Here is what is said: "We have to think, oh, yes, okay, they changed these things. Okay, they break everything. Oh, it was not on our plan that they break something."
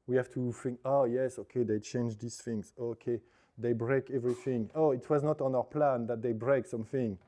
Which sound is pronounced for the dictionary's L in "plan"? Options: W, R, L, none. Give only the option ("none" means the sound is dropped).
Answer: L